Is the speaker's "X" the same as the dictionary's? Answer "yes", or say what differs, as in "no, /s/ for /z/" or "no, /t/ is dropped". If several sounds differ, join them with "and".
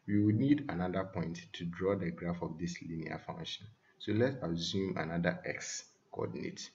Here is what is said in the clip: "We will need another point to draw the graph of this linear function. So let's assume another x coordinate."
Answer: yes